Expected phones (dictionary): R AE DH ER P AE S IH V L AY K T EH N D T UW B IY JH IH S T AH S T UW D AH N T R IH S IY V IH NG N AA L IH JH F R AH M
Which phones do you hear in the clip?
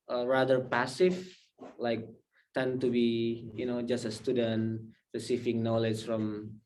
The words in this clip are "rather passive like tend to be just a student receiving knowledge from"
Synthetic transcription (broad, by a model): R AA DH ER P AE S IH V L AY K T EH N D T UW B IY JH IH S T AH S T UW D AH N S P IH S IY F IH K N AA L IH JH F R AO M